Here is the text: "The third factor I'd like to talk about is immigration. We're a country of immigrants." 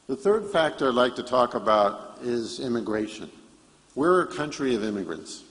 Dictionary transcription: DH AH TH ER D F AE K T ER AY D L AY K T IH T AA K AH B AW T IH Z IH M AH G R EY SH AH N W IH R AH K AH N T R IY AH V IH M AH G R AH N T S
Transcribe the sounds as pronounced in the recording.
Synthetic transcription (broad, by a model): DH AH TH ER D F AE K T ER AY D L AY K T IH T AA K AH B AW T IH Z IH M AH G R EY SH AH N W IH R AH K AH N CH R IY AH V IH M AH G R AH N T S